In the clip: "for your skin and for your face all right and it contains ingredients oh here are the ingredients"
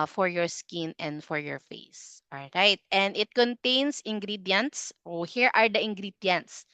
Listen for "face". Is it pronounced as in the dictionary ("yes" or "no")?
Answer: yes